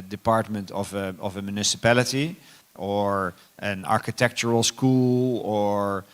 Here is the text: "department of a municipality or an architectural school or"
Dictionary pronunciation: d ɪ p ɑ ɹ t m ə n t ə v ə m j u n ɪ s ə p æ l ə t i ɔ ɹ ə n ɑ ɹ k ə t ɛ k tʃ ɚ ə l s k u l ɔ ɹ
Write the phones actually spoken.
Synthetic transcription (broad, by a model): d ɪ p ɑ ɹ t m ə n t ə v ə m j u n ɪ s ə p æ l ə t i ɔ ɹ ə n ɑ ɹ k ə t ɛ k tʃ ɚ ə l s k u l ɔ ɹ